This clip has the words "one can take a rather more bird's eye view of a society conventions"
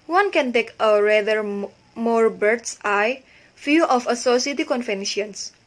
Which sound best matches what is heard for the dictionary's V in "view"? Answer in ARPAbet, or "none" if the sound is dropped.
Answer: F